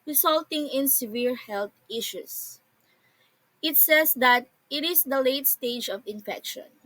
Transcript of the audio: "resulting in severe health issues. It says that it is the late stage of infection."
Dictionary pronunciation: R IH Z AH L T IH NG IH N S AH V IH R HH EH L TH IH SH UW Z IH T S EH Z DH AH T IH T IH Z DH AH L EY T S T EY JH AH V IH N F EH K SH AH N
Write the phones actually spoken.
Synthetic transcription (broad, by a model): R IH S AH L T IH NG IH N S AH V IH R HH EH L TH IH SH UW S IH T S EH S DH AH T IH T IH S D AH L EY T S T EY JH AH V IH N F EH K SH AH N